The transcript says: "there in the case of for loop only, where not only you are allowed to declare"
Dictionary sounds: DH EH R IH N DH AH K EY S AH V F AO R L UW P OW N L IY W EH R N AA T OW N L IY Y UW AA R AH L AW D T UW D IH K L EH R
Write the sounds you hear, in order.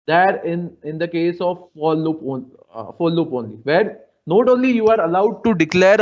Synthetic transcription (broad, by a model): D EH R IH N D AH K EY S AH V P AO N L UW P OW N L IY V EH R N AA T OW N L IY Y UW AA R AH L AW D T UW D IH K L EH R